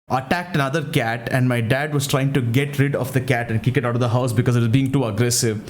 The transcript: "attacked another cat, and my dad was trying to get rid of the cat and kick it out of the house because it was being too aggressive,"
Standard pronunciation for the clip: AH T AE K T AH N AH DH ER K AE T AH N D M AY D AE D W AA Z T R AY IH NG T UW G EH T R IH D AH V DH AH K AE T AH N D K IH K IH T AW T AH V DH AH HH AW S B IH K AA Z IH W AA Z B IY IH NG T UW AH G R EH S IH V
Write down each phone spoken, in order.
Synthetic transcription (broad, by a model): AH T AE K T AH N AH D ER K AE T AH N D M AY D AE D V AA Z T R AY IH NG T UW G EH T R IH D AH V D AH K AE T AH N D K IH K IH T AW T AH V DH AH HH AW S B IH K AA Z IH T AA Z B IY IH NG T UW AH G R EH S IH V